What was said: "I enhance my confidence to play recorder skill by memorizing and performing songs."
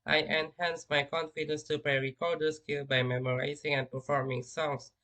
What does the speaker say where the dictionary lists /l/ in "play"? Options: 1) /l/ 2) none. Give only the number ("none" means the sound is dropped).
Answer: 2